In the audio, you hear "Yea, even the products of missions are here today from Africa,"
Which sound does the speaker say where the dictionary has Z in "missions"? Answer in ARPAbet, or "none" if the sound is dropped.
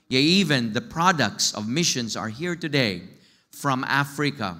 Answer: S